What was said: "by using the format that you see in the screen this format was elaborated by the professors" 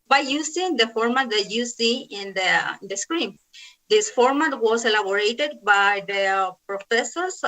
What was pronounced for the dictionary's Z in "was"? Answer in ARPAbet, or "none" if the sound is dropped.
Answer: S